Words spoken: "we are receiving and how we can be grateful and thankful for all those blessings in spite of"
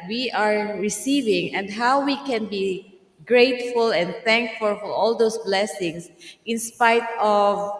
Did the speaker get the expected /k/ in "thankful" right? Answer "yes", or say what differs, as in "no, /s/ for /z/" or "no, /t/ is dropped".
yes